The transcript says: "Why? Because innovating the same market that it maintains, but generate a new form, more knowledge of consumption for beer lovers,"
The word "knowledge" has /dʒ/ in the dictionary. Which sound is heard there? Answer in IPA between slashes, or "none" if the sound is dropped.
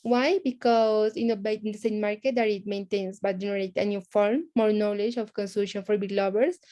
/dʒ/